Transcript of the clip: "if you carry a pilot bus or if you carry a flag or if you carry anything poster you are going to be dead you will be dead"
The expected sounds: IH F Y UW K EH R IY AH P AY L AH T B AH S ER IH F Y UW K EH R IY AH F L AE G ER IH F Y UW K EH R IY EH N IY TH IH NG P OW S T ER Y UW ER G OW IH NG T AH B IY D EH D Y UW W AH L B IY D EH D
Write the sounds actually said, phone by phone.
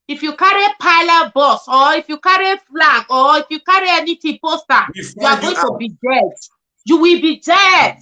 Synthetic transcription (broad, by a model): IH F Y UW K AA R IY P AY L AH T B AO S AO IH F Y UW K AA R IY F L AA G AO IH F Y UW K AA R IY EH N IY T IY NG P OW S T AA Y UW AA G OW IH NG T AH B IY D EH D Y UW W AH L B IY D EH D